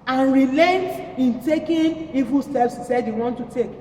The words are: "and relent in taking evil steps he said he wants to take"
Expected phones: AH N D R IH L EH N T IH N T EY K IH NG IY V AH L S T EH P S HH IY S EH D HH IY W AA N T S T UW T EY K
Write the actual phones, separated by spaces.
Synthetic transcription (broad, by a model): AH N R IH L EH N T IH N T EY K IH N IY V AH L S T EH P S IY S EH D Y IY W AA N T T UW T EY K